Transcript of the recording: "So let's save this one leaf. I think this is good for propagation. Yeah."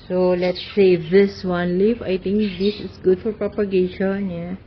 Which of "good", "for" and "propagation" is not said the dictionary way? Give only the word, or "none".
none